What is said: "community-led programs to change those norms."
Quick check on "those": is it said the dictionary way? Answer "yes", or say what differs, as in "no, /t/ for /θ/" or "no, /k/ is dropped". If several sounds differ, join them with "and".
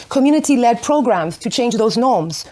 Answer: yes